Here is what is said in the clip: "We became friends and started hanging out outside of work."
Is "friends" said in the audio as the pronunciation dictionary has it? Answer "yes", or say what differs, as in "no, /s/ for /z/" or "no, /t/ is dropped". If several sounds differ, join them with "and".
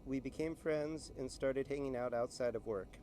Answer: yes